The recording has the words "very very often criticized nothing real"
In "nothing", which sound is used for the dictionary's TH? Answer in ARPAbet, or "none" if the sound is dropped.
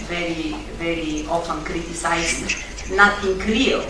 T